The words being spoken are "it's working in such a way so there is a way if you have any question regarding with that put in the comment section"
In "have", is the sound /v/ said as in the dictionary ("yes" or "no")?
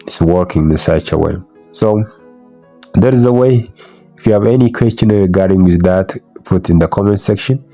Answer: yes